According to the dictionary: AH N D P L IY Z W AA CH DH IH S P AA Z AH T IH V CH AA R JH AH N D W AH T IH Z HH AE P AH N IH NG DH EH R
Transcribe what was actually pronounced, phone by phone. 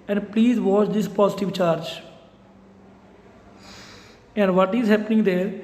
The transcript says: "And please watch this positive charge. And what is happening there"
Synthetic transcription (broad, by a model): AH N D P L IY Z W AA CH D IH S P AA Z AH T IH V CH AA R JH AH N D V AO T IH Z HH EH P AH N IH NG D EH R